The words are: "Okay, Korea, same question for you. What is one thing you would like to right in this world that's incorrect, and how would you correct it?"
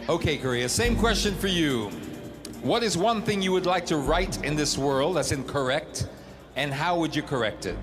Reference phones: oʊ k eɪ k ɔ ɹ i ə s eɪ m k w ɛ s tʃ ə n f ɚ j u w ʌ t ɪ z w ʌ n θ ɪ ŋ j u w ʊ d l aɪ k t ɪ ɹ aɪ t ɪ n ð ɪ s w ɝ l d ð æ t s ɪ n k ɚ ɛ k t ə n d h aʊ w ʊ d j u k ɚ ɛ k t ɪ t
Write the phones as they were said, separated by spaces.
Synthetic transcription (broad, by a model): oʊ k eɪ k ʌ ɹ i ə s eɪ m k w ɛ s tʃ ə n f ɚ j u w ʌ t ɪ z w ʌ n θ ɪ ŋ j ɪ w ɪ d l aɪ k t ɪ ɹ aɪ t ɪ n ð ɪ s w ɝ l d ð æ t s ɪ n k ɚ ɛ k t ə n h aʊ w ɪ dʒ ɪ k ɚ ɛ k t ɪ t